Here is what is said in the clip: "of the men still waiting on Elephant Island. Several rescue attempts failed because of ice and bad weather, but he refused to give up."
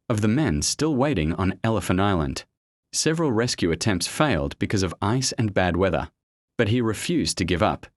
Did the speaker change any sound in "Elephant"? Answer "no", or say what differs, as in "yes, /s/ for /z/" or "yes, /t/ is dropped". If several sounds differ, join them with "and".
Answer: yes, /t/ is dropped